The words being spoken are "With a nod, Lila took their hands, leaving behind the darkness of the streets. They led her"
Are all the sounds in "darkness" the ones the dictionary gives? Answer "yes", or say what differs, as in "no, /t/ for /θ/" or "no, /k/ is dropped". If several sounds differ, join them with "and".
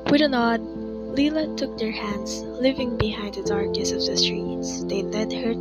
no, /n/ is dropped